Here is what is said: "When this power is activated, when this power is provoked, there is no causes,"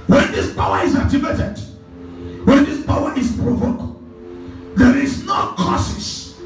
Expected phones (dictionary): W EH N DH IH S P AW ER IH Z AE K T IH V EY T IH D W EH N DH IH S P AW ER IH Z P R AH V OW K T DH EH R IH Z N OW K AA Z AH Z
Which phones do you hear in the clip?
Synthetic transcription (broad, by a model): W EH N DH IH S P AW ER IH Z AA T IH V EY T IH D W EH N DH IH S P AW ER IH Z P R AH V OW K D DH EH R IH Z N OW K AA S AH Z